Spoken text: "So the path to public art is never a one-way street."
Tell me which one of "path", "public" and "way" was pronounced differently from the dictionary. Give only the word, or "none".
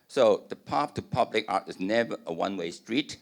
path